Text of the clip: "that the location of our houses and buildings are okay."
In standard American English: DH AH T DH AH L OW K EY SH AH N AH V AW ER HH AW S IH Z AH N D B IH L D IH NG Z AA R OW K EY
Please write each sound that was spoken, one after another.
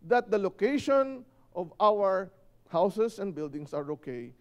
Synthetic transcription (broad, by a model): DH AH T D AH L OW K EY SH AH N AH V AW ER HH AW S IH S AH N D B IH L D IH NG S AA R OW K EY